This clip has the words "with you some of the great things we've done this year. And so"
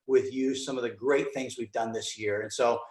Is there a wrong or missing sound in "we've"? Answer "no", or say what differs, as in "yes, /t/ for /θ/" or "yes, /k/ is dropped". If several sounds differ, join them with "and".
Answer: no